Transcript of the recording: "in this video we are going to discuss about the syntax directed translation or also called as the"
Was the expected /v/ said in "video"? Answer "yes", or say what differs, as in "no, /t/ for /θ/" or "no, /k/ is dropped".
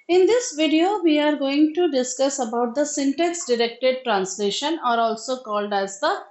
yes